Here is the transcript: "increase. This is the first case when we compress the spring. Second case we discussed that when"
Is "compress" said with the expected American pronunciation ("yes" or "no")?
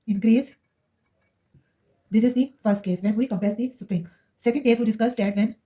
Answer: no